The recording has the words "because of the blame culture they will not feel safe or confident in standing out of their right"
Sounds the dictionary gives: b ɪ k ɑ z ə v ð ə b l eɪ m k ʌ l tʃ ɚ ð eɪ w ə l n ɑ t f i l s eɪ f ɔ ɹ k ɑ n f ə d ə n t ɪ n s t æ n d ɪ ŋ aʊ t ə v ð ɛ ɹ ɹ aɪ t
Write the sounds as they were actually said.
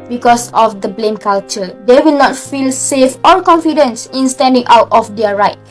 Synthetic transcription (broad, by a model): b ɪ k ɑ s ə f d ə b l eɪ m k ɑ l tʃ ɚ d eɪ w ə l n ɑ t f i l s eɪ f ɔ l k ɑ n f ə d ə n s ɪ n s t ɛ n d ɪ ŋ aʊ t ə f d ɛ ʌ ɹ aɪ t